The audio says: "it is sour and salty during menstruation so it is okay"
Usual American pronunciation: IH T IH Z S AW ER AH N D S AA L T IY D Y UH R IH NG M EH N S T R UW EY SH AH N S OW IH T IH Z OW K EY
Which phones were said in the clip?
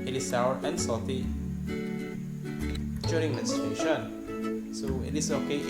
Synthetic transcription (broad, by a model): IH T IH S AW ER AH N S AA T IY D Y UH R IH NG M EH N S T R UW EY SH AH N S OW IH T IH S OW K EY